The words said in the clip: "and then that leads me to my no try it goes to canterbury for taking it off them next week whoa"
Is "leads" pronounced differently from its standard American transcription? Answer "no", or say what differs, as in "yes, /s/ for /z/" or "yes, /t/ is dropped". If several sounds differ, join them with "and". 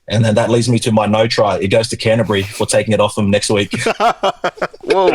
no